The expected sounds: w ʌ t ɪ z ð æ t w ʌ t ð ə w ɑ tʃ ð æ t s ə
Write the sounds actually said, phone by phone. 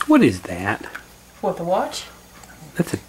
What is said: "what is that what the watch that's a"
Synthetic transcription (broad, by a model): w ʌ t ɪ z ð æ t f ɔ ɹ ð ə w ɑ tʃ ð æ t s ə